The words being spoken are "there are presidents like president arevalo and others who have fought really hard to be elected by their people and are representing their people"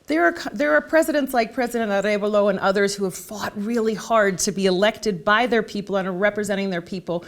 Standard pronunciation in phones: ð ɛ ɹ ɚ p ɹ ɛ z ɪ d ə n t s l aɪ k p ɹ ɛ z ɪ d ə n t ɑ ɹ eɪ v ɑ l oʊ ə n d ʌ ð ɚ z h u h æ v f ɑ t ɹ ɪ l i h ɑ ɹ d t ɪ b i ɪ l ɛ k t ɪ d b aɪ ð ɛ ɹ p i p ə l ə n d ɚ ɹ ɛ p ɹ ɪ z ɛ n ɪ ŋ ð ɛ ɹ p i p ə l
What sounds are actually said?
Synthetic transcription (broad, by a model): ð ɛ ɹ ɚ p ɹ ɛ z ɪ d ə n t s l aɪ k p ɹ ɛ z ɪ d ə n t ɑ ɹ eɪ b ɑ l oʊ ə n ʌ ð ɚ z h u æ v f ɑ t ɹ ɪ l i h ɑ ɹ d t ɪ b i ɪ l ɛ k t ɪ d b aɪ ð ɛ ɹ p i p l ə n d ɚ ɹ ɛ p ɹ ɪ z ɛ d ɪ ŋ ð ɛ ɹ p i p l